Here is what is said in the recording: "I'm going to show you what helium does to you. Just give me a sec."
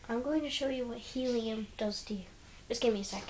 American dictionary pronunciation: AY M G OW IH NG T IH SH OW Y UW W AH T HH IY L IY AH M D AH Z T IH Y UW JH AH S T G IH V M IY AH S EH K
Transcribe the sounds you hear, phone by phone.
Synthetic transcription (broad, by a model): AY M G OW IH NG T IH SH OW Y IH W AH T HH IY L IY AH M D AH Z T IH Y UW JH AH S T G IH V M IY AH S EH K